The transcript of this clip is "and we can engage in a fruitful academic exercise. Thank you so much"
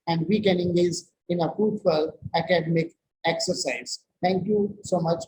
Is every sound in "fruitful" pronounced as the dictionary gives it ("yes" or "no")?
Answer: no